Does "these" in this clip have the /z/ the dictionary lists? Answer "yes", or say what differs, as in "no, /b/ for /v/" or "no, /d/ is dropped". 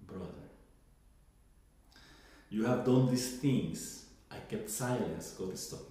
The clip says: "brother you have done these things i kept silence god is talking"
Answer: no, /s/ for /z/